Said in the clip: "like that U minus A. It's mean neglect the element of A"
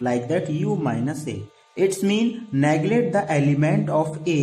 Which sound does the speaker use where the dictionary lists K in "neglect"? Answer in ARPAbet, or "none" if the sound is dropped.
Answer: none